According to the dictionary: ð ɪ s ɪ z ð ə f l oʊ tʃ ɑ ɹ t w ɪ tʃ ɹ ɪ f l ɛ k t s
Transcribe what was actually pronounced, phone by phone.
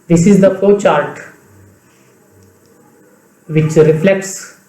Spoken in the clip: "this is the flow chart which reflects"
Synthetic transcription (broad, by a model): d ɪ s ɪ z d ə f oʊ tʃ ɑ ɹ t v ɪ tʃ ɹ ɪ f l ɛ k t s